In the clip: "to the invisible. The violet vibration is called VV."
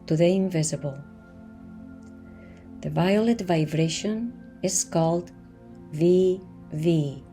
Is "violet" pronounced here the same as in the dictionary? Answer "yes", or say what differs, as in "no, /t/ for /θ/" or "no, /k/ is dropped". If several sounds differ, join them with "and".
yes